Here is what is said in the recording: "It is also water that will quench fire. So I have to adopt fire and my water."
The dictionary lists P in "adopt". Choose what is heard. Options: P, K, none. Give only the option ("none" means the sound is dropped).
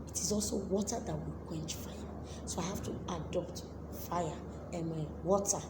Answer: P